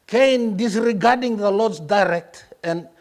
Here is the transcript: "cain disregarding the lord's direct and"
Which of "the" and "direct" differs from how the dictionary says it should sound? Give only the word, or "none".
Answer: none